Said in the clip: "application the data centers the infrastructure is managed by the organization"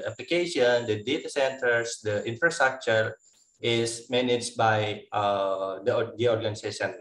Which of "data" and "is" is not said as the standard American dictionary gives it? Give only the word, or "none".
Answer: is